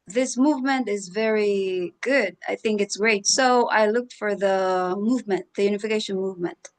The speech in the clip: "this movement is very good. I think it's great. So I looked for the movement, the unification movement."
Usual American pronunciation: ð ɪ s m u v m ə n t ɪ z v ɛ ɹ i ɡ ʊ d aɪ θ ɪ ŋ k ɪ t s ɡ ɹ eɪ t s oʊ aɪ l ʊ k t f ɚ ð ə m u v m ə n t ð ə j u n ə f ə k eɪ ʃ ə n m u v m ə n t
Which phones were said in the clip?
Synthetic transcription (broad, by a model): ð ɪ s m u v m ə n t ɪ z v ɛ ɹ i ɡ ʊ d aɪ θ ɪ ŋ k ɪ t s ɡ ɹ eɪ t s oʊ aɪ l ʊ k t f ɚ ð ə m u v m ə n t ð ə j u n ə f ə k eɪ ʃ ə n m u v m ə n t